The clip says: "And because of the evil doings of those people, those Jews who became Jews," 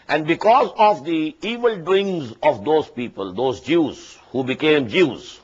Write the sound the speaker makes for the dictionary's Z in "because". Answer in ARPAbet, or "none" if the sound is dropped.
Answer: Z